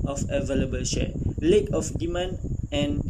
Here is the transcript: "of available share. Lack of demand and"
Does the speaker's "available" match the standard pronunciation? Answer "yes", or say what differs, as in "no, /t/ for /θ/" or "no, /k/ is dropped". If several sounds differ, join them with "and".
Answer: yes